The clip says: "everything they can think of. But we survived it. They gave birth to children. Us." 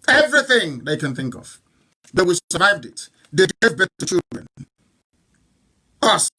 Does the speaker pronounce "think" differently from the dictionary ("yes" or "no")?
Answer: no